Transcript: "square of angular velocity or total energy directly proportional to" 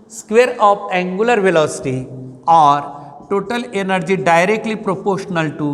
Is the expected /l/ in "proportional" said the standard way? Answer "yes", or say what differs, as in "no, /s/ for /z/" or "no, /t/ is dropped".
yes